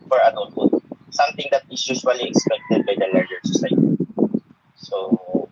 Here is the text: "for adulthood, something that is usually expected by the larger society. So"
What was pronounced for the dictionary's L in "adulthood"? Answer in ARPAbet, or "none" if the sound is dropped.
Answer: none